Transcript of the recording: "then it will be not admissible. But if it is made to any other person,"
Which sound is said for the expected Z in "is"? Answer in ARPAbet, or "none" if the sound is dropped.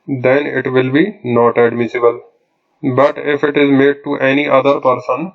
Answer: Z